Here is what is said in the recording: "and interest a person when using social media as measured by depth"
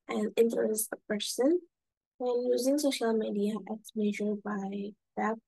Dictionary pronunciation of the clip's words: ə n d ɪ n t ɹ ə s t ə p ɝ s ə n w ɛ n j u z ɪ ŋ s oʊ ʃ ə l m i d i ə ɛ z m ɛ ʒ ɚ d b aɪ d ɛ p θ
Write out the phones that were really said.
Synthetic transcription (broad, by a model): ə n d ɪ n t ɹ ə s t ə p ɝ s ə n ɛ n j u z ɪ ŋ s oʊ ʃ ə l m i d i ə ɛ s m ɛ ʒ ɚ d b aɪ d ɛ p